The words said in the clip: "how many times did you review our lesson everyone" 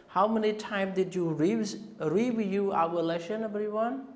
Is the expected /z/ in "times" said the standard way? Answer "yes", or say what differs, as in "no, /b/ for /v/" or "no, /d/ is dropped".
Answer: no, /z/ is dropped